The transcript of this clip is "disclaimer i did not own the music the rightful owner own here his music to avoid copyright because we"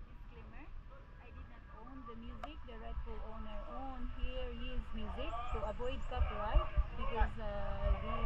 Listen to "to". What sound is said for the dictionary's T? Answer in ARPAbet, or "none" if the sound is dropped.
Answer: S